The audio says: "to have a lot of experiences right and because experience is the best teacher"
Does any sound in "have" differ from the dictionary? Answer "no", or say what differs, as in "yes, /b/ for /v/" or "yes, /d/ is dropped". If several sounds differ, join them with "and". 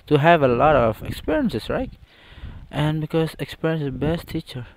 no